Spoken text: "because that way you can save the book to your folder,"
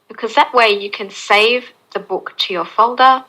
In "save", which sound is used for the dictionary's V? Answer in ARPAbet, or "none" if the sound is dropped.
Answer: V